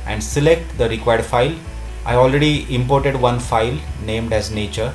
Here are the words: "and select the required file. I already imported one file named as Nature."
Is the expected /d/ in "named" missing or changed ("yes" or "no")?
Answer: no